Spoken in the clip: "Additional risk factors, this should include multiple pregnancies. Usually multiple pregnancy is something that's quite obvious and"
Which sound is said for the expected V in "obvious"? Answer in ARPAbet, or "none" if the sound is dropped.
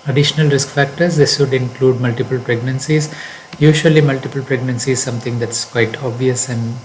V